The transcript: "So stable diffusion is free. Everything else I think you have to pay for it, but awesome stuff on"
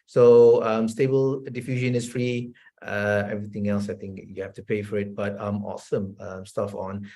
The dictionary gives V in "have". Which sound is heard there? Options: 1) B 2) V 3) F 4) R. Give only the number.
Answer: 3